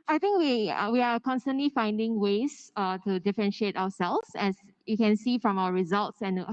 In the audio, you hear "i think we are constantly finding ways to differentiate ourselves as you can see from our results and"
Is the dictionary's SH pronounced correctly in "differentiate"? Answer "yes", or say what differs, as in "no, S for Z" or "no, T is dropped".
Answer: yes